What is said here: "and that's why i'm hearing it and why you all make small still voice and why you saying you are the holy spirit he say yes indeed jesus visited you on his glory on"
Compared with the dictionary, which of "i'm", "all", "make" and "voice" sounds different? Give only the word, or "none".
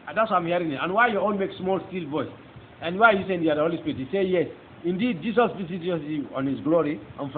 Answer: all